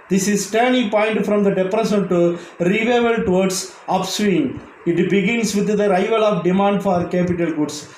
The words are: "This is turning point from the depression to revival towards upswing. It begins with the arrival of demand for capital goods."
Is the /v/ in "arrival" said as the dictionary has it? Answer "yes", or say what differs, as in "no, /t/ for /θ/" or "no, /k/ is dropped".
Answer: yes